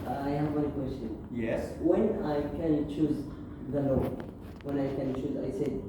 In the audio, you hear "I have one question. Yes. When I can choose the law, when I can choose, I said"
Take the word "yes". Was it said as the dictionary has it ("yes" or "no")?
yes